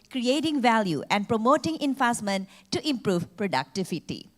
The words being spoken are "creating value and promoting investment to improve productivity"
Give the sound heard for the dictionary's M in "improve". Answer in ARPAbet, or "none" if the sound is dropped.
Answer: M